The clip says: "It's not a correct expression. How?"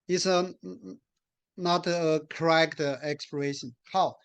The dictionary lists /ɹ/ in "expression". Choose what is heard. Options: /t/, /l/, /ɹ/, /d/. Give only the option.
/l/